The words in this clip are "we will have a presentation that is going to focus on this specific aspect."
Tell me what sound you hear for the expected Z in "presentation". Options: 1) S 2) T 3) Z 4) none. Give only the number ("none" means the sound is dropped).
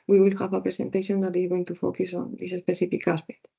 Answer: 1